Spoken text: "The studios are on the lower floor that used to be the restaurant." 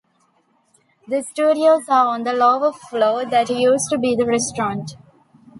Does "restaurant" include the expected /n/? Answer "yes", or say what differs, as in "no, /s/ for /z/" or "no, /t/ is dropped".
yes